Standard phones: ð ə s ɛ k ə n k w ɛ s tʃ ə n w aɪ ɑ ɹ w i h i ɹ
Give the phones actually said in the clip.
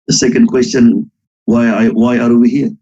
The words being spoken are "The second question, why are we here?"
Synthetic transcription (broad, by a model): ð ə s ɛ k ə n k w ɛ s tʃ ə n w aɪ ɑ w w i h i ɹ